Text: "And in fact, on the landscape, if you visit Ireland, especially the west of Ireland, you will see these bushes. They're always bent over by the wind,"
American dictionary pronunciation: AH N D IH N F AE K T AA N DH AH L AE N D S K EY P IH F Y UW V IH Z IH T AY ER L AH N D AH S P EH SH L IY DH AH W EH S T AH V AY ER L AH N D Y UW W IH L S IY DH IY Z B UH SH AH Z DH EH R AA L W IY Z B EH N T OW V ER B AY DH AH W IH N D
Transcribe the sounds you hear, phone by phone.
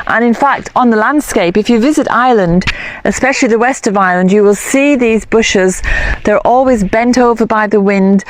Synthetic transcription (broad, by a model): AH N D IH N F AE K T N DH AH L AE N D S K EY P IH F Y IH V IH Z IH T AY L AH N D AH S P EH SH L IY DH AH W EH S T AH V AY L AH N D Y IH W IH L S IY DH IY Z B UH SH AH Z DH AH R AA L W IY Z B EH N T OW V ER B AY DH AH W IH N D